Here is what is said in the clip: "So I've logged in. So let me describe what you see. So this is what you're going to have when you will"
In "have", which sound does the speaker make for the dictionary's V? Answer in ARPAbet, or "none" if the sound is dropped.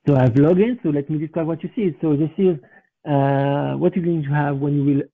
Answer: V